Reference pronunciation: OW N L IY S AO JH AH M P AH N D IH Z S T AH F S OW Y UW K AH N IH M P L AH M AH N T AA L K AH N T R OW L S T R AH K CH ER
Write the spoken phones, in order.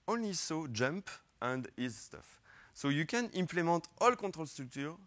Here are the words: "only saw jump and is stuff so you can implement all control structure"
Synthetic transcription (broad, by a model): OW N L IY S AO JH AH M P AH N D IH Z S T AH F S OW Y UW K AH N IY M P L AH M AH T AA L K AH T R OW L S T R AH K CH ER